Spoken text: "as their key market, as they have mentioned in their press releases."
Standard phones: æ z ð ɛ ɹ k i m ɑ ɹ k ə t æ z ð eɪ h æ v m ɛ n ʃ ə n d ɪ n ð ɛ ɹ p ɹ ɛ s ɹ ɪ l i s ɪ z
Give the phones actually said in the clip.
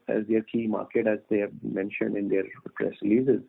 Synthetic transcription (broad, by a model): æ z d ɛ ɹ k i m ɑ ɹ k ə t æ z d eɪ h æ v m ɛ n ʃ ə n d ɪ n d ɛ ɹ p ɹ ɛ s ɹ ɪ l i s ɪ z